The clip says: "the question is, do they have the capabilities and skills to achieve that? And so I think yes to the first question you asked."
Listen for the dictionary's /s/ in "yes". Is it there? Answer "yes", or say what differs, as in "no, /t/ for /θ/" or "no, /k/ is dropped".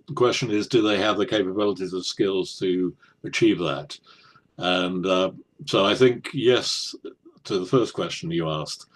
yes